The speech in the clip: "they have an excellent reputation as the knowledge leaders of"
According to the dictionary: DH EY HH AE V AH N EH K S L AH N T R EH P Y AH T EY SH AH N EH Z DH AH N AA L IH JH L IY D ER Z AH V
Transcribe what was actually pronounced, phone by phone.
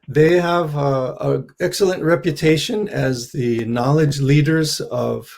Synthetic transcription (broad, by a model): DH EY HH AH V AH EH K S L AH N T R EH P Y AH T EY SH AH N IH Z DH AH N AA L IH JH L IY D ER Z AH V